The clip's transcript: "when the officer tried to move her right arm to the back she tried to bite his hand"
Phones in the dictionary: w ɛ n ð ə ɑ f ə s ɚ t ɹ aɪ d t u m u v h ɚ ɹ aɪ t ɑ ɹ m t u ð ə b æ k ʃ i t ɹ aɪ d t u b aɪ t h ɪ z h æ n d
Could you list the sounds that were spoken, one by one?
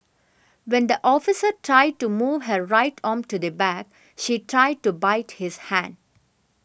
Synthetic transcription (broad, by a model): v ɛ n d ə ɑ f ə s ɚ t ɹ aɪ d t u m u v h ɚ ɹ aɪ t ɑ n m t u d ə b æ k ʃ i t ɹ aɪ d t u b aɪ t h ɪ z h æ n d